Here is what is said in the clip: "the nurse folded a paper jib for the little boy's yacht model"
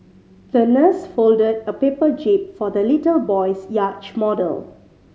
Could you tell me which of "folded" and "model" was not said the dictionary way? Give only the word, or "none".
none